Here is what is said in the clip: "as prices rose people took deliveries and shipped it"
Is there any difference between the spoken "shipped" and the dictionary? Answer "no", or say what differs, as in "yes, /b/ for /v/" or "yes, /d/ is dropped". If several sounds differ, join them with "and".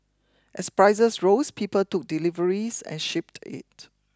no